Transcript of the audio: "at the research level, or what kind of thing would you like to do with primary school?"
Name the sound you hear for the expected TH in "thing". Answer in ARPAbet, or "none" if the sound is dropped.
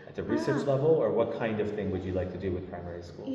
TH